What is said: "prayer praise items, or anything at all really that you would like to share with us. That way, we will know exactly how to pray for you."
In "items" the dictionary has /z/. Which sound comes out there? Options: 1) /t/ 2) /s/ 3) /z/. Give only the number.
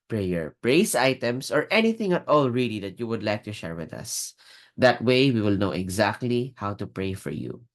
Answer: 2